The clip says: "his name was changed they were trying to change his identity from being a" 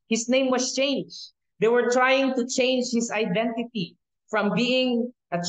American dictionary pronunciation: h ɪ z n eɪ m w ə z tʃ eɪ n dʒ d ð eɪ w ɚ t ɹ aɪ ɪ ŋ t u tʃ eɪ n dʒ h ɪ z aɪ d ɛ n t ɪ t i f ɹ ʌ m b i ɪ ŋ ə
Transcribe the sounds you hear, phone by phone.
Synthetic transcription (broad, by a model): h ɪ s n eɪ m w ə s tʃ eɪ n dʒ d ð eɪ w ɚ t ɹ aɪ ɪ ŋ t u tʃ eɪ n dʒ h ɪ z aɪ d ɛ n t ɪ t i f ɹ ʌ m b i ɪ ŋ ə